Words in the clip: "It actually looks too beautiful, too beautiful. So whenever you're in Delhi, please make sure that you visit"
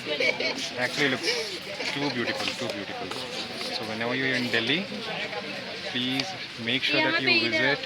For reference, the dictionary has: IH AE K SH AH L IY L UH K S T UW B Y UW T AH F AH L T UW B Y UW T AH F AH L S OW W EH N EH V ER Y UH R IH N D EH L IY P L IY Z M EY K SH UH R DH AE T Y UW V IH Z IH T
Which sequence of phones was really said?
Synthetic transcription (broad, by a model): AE K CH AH L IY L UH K T UW B Y UW T AH F AH L T UW B Y UW T AH F AH L S OW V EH N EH V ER Y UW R IH N D EH L IY P L IY Z M EY K SH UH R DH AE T Y UW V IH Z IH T